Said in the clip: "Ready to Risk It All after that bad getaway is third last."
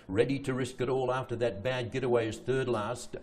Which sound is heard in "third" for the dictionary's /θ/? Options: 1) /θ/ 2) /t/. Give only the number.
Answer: 1